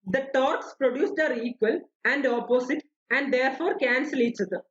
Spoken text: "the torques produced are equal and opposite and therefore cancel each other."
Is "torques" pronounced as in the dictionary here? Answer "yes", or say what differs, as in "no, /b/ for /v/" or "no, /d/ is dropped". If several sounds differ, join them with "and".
yes